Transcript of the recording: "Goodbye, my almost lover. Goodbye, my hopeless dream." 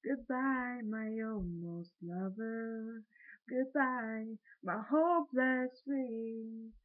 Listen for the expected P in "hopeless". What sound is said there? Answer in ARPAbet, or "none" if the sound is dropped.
B